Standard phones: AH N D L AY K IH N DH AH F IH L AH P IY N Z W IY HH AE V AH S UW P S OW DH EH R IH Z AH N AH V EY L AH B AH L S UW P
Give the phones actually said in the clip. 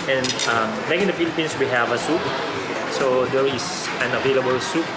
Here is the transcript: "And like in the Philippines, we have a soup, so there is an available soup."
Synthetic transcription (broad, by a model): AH N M L AY K IH N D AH F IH L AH P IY N S W IY HH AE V AH S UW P S OW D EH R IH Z AH N AH V EY L AH B AH L S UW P